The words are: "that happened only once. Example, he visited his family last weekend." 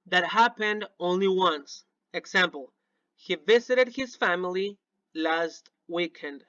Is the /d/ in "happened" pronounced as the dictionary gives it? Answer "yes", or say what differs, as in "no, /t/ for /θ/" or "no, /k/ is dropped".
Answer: yes